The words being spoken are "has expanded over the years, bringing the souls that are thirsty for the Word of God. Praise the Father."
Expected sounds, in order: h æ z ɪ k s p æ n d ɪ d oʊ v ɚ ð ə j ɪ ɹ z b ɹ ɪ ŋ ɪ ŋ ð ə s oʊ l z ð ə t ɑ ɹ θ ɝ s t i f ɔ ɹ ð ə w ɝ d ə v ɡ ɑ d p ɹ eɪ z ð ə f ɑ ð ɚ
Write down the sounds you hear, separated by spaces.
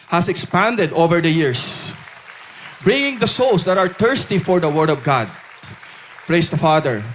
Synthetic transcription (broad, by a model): h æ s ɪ k s p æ n d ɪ d oʊ v ɚ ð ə j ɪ ɹ s b ɹ ɪ ŋ ɪ ŋ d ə s oʊ l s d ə t ɑ ɹ t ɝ s t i f ɔ ɹ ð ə w ɝ d ə v ɡ ɑ d p ɹ eɪ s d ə f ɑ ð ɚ